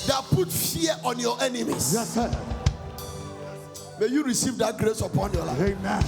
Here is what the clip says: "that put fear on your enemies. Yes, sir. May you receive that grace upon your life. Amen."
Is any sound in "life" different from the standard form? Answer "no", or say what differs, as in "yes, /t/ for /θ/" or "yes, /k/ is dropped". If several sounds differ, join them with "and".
yes, /f/ is dropped